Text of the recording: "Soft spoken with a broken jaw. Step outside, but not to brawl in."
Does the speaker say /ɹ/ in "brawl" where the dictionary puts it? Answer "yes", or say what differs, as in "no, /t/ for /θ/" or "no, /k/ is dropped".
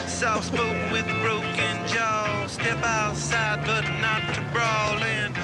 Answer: yes